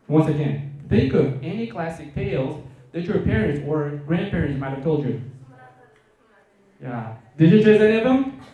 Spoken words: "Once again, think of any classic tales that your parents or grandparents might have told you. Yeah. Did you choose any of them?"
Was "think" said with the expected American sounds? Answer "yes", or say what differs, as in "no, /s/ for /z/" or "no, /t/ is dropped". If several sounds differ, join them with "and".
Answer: no, /ŋ/ is dropped